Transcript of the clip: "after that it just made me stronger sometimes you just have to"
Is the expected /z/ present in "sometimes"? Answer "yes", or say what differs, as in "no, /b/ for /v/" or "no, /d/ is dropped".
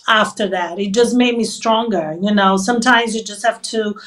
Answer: yes